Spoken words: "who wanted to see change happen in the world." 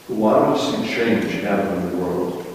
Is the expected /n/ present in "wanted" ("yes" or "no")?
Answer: no